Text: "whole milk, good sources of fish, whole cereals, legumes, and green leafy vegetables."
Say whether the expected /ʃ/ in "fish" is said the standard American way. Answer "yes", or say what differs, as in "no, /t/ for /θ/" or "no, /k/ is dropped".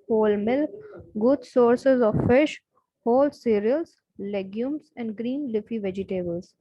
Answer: yes